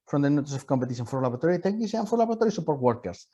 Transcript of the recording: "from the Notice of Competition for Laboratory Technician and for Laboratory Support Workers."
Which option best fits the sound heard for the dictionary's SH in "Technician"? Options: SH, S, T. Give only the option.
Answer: S